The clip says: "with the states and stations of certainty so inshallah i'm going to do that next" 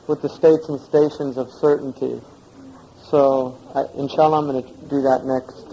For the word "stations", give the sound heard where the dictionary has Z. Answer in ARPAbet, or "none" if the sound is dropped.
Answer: Z